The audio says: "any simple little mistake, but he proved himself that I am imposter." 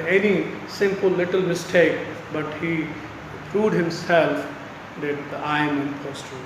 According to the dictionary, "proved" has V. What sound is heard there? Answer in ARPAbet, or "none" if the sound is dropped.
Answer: none